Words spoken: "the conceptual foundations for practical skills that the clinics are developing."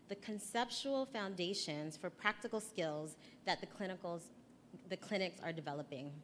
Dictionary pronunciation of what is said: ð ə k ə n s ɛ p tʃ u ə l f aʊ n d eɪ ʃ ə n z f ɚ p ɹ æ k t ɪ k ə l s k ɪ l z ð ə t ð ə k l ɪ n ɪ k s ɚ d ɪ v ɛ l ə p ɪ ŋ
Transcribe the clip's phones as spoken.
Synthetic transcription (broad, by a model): ð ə k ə n s ɛ p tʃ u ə l f aʊ n d eɪ ʃ ə n z f ɚ p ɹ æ k t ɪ k l s k ɪ l z ð ə t ð ə k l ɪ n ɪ k s ɚ d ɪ v ɛ l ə p ɪ ŋ